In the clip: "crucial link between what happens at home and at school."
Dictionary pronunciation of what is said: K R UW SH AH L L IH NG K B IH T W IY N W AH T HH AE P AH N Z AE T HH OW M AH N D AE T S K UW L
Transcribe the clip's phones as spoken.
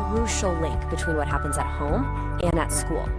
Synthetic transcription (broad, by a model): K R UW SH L L IH NG K B IH T W IY N W AH T HH AE P AH N Z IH T HH OW M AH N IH T S K UW L